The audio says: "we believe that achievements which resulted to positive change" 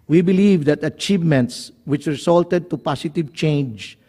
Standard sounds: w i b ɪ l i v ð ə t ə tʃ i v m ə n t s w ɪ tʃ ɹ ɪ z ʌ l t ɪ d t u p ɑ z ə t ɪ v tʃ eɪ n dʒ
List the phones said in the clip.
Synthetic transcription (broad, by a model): w i b ɪ l i v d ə t ə tʃ i v m ə n t s w ɪ tʃ ɹ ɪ s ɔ l t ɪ d t u p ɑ s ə t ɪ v tʃ eɪ n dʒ